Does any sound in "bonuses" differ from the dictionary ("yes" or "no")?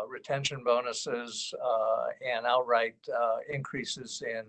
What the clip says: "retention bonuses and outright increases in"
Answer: no